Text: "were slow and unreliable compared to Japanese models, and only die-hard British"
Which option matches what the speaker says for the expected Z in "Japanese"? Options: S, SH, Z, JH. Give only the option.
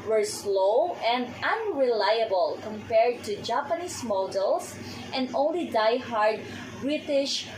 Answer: S